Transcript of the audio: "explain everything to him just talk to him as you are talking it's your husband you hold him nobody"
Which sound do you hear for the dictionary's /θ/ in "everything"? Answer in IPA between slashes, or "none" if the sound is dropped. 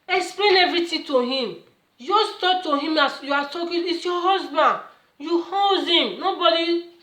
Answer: /t/